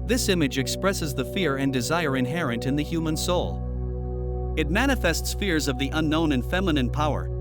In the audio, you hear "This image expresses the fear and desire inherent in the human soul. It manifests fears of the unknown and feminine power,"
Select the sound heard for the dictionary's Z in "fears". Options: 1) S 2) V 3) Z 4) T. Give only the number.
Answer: 3